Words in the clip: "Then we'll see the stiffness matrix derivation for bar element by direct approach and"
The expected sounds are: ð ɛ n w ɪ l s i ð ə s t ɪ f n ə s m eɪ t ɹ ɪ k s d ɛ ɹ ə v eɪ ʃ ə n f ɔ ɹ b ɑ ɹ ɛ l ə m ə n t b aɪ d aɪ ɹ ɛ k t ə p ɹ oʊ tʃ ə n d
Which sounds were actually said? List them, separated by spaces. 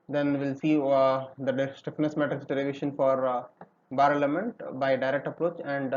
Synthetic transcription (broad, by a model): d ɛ n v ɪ l s i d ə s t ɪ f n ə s m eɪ t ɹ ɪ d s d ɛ l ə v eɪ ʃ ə n f ɔ ɹ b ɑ ɹ l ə m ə n t b aɪ d aɪ ɹ ɛ k t ə p ɹ oʊ tʃ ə n d